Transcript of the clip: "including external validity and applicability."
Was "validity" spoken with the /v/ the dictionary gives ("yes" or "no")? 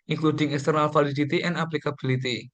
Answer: no